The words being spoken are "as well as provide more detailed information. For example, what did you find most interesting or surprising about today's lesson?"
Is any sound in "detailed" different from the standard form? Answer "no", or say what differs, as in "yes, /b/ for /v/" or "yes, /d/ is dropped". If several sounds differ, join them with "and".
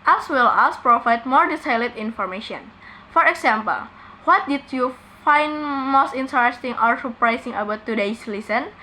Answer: yes, /s/ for /t/